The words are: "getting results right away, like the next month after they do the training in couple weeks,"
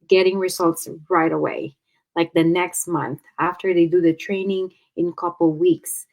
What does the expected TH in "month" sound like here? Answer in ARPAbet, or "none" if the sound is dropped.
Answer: TH